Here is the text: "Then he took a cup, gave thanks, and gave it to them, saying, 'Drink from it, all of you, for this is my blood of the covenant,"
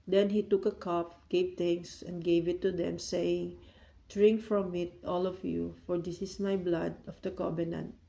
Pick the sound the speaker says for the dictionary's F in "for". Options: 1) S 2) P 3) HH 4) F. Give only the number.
4